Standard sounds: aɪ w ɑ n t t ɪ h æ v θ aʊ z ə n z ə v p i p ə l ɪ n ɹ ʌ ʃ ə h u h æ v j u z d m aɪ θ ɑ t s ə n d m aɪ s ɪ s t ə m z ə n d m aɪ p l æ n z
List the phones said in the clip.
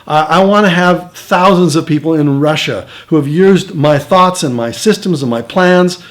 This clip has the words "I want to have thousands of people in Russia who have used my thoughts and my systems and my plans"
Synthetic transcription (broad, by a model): aɪ w ɑ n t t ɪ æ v θ aʊ z ə n z ə v p i p l ɪ n ɹ ʌ ʃ ə h u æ v j u z d m aɪ θ ɑ t s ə n m aɪ s ɪ s t ə m z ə n m aɪ p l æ n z